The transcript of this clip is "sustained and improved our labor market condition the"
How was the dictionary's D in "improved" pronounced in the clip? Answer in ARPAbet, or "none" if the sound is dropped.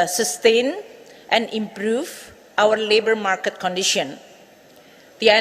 none